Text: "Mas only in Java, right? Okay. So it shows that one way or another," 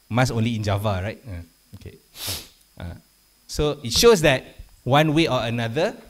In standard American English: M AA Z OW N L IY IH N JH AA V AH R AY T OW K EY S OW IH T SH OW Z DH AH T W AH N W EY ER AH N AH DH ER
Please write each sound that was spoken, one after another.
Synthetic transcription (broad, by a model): M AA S OW N L IY IH N JH AA V AH R AY T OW K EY S OW IH T SH OW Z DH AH T W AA N W EY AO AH N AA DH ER